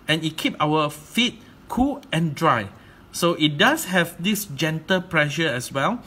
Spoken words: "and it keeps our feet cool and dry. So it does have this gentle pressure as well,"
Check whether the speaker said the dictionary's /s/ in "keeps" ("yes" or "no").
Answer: no